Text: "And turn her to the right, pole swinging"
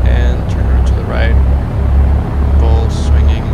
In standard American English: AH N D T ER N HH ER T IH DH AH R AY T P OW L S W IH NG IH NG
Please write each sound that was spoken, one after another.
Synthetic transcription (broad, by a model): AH N T ER N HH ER T IH DH AH R AY T B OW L S W IH NG IH NG